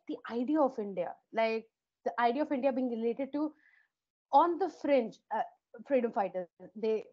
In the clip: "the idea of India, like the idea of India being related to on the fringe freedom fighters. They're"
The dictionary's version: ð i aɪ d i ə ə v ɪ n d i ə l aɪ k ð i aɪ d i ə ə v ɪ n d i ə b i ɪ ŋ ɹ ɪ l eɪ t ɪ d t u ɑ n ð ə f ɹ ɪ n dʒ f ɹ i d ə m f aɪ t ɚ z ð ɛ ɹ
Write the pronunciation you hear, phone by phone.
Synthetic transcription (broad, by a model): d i aɪ d i ə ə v ɪ n d i ə l aɪ k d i aɪ d i ə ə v ɪ n d i ə b i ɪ ŋ ɹ ɪ l eɪ t ɪ d t u ɑ n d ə f ɹ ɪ n tʃ f ɹ i d ə m f aɪ t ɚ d ɛ